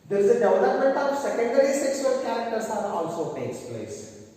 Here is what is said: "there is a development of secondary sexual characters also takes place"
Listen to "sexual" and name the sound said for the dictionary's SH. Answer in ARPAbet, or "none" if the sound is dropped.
S